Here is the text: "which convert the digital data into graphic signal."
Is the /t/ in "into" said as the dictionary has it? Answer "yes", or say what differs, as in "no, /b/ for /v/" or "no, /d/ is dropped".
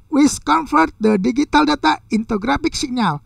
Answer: yes